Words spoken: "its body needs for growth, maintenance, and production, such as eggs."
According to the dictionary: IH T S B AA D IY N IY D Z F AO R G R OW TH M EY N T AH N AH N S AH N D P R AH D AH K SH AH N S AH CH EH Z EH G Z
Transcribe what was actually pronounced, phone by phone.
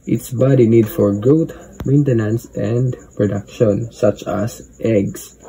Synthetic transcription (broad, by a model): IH T S B AA D IY N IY D F AO R G OW T M EY N T AH N AH N S AH N D P R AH D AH K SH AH N S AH CH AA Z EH G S